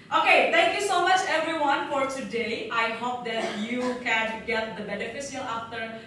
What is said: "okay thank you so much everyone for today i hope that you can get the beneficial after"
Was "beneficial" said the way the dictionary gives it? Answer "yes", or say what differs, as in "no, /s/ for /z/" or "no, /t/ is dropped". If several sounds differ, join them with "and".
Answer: no, /s/ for /ʃ/